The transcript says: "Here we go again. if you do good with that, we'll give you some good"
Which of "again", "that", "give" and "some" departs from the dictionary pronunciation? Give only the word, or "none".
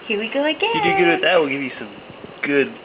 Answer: again